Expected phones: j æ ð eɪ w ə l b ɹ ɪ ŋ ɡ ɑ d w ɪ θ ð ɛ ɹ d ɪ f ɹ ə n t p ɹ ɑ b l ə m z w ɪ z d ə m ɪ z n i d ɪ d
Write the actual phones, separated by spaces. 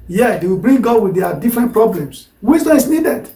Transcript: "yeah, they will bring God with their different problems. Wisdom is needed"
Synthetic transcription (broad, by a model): j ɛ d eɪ w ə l b ɹ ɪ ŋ ɡ ɑ d w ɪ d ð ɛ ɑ d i f ɹ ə n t p ɹ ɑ b l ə m s w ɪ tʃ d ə ɪ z n i d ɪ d